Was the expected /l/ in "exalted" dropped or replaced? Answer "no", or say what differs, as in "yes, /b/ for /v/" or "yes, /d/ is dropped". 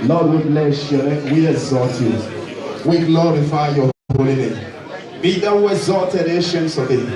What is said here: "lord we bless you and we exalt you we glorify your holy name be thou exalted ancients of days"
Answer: yes, /l/ is dropped